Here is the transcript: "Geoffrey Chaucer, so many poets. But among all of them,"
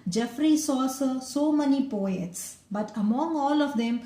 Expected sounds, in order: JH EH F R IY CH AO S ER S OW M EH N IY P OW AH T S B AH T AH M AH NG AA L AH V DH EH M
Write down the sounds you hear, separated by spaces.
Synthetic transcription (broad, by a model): JH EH F R IY S AO S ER S OW M EH N IY P OW AH T S B AH T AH M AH NG AA L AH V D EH M